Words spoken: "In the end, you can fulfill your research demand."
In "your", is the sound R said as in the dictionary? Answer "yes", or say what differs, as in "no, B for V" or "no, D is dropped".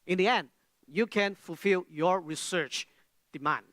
yes